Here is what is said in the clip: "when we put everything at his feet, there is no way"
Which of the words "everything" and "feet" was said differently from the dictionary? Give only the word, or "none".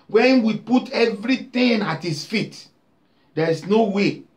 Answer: everything